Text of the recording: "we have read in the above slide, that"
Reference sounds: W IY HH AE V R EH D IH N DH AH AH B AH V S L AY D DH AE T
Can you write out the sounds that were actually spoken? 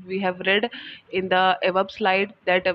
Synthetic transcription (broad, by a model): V IY HH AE V R EH D IH N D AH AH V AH B S L AY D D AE T